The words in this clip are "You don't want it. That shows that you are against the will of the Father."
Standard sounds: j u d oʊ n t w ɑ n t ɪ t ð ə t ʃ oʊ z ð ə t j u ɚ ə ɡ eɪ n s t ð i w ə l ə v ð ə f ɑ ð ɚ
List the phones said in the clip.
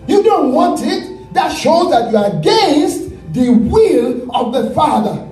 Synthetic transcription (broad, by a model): j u d oʊ n t w ɑ n t ɪ t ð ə t ʃ oʊ z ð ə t j u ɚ ə ɡ eɪ n s t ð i w ə l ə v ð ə f ɑ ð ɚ